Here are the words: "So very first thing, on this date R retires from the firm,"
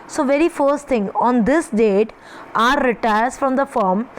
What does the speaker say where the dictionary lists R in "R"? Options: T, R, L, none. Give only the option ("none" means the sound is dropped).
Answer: R